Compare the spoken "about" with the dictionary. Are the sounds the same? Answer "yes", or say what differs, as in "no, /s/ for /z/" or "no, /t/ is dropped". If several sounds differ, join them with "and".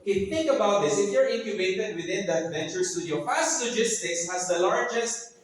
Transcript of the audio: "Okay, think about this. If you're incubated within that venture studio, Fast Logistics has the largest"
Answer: yes